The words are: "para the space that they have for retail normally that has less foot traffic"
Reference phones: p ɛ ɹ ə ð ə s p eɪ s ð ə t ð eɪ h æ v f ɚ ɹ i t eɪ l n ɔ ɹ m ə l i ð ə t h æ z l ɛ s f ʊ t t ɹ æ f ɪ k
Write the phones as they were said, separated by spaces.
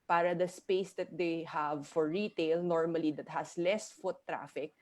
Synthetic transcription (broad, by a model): p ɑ ɹ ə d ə s p eɪ s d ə t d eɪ h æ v f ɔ ɹ i t eɪ l n ɔ ɹ m ə l i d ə t h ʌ s l ɛ s f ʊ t t ɹ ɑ f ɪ k